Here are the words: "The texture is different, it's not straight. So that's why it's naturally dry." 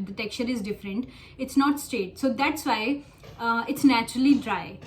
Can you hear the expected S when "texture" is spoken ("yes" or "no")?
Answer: no